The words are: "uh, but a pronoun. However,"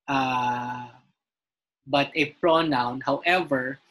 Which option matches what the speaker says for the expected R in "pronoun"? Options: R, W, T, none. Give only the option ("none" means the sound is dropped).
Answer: R